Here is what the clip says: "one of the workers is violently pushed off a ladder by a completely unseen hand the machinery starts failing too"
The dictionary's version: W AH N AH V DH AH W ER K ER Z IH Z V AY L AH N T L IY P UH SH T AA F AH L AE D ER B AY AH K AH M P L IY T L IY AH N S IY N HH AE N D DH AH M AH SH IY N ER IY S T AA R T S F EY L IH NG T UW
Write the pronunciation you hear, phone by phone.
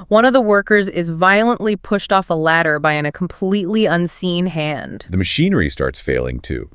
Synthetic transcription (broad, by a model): W AH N AH V DH AH W ER K ER Z IH Z V AY L AH N T L IY P UH SH T AA F AH L AE D ER B AY AH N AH M P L IY T L IY AH N S IY N HH AE N D DH AH M AH SH IY N ER IY S T AA R T S F EY L IH NG T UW